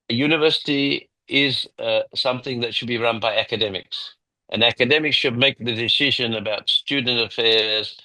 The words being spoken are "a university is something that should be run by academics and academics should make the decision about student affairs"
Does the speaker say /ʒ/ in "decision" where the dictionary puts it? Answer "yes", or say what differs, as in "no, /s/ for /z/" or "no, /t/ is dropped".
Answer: yes